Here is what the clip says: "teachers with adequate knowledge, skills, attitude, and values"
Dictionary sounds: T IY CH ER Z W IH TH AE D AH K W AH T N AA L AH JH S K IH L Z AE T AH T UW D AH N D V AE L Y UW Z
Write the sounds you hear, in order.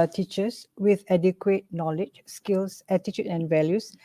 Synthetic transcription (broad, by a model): T IY CH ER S W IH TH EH D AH K W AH T N AA L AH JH S K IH L S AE T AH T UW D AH N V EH L Y UW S